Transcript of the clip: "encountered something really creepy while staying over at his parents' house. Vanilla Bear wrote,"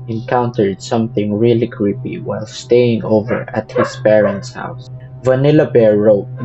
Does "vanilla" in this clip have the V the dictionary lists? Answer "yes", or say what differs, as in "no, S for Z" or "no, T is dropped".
yes